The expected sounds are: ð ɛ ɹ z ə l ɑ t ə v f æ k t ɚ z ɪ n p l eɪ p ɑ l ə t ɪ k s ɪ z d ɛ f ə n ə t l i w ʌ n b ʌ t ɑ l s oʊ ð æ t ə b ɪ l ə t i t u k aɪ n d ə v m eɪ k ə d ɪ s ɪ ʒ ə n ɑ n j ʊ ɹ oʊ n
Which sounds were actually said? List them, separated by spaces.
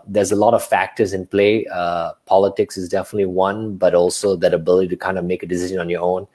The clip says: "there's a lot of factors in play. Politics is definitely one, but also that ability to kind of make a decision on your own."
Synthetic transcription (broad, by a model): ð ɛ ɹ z ə l ɑ t ə v f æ k t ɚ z ɪ n p l eɪ p ɑ l ə t ɪ k s ɪ z d ɛ f ə n ə t l i w ʌ n b ʌ t ɑ l s oʊ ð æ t ə b ɪ l ə t i t u k aɪ n d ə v m eɪ k ə d ɪ s ɪ ʒ ə n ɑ n j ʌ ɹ oʊ n